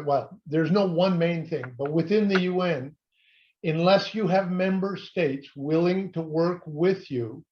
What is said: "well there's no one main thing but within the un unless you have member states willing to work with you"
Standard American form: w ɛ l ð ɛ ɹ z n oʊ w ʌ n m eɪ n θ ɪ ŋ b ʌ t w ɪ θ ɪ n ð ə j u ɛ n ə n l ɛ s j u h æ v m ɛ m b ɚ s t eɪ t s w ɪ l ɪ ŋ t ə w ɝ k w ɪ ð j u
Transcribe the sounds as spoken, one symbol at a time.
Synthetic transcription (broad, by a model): w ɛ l ð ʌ ɹ z n oʊ w ʌ n m eɪ n θ ɪ ŋ b ʌ t w ɪ θ ɪ n ð ə j u ɛ n ə n l ɛ s j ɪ v m ɛ m b ɚ s t eɪ t s w ɪ l ɪ ŋ t ə w ɝ k w ɪ ð j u